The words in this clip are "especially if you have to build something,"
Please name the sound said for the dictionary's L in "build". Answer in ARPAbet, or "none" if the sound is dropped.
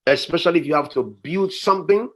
L